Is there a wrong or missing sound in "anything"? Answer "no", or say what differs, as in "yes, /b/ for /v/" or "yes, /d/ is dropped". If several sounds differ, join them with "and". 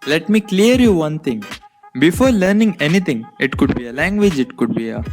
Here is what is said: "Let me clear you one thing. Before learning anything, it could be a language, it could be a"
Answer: yes, /t/ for /θ/